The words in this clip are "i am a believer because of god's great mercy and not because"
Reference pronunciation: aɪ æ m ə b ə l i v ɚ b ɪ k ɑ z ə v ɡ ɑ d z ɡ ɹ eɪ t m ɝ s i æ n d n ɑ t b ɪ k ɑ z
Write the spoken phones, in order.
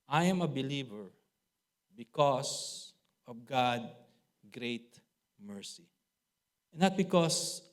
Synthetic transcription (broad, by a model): aɪ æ m ə b ə l i v ɚ b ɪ k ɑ s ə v ɡ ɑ d ɡ ɹ eɪ t m ɝ s i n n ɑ t b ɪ k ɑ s